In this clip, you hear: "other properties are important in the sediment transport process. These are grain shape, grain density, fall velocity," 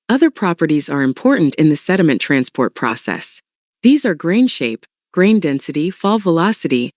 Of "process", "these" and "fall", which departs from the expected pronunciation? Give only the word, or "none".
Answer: none